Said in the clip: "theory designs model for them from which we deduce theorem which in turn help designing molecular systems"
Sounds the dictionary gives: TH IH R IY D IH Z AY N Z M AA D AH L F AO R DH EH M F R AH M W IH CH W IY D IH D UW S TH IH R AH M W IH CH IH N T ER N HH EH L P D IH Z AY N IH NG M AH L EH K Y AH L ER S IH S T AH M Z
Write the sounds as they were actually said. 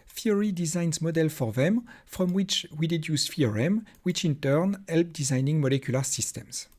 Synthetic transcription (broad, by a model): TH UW R IY D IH Z AY N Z M AA D AH L F AO R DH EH M F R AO M W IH CH W IY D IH D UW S F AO R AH M W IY CH IH N T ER N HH EH L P D IH Z AY N IH NG M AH L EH K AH L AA S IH S T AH M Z